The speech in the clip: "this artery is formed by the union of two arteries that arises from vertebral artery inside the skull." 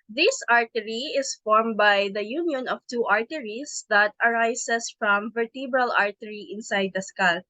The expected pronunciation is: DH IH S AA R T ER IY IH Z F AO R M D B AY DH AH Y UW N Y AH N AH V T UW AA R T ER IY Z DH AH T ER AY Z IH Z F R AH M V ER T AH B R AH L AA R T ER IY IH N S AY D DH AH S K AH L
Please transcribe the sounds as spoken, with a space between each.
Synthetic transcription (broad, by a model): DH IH S AA R T ER IY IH S F AO R M B AY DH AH Y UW N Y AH N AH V T UW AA R T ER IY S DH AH T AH AY S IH S F R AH M V ER T AH B R AH L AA R T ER IY IH N S AY D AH S K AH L